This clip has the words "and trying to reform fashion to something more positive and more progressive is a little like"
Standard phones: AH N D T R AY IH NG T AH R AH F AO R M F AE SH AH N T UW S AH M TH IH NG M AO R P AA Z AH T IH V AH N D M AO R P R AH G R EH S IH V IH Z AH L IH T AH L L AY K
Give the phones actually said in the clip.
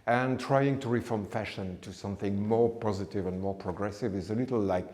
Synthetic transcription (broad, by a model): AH N T R AY IH NG T AH R AH F AO R M F AE SH AH N T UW S AH M TH IH NG M AO R P AA Z AH T IH V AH N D M AO R P R AH G R EH S IH V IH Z AH L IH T L L AY K